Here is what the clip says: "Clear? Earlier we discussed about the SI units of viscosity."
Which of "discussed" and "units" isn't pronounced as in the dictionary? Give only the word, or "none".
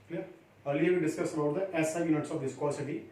discussed